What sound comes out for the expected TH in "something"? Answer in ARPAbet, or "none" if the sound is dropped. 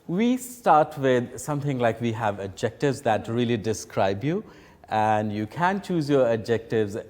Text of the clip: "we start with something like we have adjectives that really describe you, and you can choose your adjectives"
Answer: T